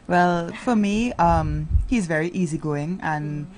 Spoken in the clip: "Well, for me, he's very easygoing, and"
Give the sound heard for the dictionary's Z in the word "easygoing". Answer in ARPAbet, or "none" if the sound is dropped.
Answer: Z